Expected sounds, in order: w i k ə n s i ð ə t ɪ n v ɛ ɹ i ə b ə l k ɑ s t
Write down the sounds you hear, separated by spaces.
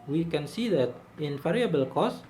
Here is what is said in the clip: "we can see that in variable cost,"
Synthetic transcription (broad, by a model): w i k ə n s i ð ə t ɪ n f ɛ ɹ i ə b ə l k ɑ s